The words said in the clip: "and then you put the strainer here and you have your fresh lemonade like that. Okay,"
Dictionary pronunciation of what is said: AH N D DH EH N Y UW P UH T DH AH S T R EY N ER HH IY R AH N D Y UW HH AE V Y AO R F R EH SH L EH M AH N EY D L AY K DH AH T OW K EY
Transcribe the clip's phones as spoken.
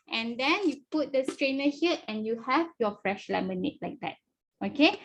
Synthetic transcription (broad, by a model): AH N D EH N Y UW P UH T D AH S T R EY N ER HH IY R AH N Y UW HH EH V Y AO F R EH SH L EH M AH N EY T L AY K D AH T OW K EY